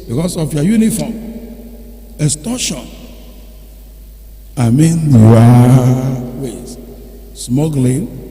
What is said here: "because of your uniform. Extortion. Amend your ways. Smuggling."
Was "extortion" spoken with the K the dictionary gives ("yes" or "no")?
no